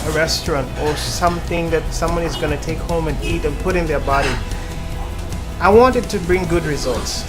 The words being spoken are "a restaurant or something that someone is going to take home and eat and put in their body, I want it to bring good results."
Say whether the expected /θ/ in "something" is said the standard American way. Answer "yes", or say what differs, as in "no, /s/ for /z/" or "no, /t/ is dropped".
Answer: yes